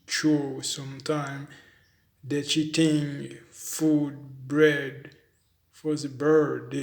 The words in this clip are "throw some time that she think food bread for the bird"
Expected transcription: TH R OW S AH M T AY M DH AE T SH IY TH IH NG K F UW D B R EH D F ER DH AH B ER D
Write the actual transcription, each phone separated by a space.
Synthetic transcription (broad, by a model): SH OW S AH M T AY M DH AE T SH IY T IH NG F UW D B R EH D F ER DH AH B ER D